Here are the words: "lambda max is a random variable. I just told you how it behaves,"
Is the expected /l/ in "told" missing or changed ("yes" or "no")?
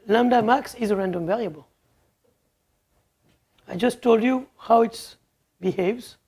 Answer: no